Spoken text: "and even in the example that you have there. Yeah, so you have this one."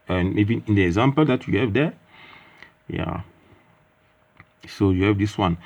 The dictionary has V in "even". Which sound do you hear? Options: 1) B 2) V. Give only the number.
1